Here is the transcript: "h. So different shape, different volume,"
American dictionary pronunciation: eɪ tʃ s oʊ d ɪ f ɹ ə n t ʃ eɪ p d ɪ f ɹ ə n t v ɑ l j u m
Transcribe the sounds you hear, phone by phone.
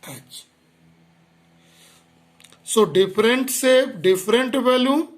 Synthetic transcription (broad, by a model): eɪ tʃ s oʊ d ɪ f ɹ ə n t s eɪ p d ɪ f ɹ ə n t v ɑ l j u